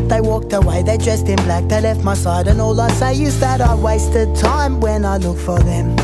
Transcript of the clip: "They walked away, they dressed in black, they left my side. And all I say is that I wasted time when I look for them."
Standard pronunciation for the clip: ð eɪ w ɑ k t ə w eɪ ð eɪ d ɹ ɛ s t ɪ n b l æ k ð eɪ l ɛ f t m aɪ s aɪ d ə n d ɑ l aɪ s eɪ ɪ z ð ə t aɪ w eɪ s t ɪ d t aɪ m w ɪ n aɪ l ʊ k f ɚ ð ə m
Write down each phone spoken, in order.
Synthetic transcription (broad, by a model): ð eɪ w ɑ k t ə w eɪ ð eɪ d ɹ ɛ s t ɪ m b l æ k ð eɪ l ɛ f t m aɪ s aɪ d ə n ɑ l aɪ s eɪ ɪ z ð ə t aɪ w eɪ s t ɪ d t aɪ m w ɪ n aɪ l ʊ k f ɚ ð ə m